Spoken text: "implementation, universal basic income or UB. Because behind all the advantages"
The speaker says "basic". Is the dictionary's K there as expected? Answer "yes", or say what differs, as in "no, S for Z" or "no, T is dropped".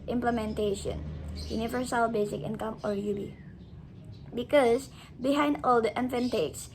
yes